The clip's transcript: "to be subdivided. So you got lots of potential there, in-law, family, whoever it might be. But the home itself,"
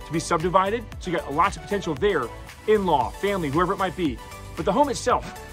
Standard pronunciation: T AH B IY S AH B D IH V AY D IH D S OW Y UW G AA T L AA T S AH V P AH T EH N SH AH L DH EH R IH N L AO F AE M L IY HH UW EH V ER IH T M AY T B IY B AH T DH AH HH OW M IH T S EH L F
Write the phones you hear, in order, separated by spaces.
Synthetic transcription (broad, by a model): T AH B IY S AH B D IH V AY D IH D SH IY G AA T L AA T AH V P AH T EH N SH L DH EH R IH N L AO F AE M L IY HH UW EH V ER IH T M AY T B IY B AH T DH AH HH OW M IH T S EH L F